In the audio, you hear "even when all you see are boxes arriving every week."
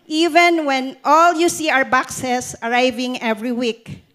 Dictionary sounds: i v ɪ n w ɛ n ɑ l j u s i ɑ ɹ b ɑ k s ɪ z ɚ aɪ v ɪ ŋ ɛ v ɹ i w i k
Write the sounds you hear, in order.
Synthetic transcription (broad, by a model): i v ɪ n w ɛ n ɑ l j u s i ɑ ɹ b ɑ k s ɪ s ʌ aɪ v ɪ ŋ ɛ v ɹ i w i k